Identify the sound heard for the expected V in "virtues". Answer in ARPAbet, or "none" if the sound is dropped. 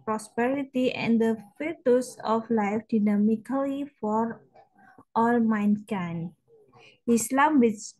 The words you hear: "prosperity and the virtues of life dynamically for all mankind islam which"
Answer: F